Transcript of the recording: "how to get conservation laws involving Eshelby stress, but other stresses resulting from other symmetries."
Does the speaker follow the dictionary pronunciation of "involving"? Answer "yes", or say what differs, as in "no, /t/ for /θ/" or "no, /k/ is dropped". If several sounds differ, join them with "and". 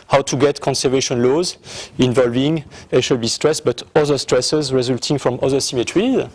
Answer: yes